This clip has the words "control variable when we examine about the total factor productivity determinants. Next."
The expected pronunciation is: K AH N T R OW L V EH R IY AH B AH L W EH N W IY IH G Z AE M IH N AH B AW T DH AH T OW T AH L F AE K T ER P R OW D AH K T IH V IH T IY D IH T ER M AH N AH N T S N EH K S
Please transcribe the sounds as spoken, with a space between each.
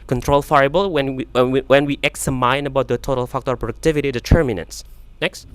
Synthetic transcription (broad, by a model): K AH N T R OW L F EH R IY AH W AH N W EH N W IY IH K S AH M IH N AH B AW T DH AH T OW T AH L F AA K T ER P R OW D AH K T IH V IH T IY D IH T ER M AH N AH N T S N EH K S